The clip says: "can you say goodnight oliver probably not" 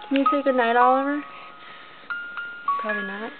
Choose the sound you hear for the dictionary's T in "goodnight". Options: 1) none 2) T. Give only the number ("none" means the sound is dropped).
2